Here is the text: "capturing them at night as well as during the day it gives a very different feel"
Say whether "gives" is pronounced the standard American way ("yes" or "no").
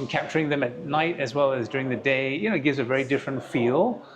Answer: yes